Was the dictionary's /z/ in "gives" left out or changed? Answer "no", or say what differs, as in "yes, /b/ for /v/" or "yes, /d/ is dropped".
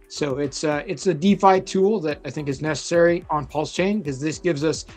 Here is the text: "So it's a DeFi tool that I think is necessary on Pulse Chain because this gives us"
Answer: no